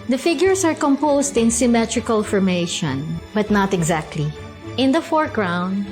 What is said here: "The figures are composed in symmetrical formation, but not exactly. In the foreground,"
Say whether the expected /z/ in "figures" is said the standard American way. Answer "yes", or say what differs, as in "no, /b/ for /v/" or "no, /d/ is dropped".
no, /s/ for /z/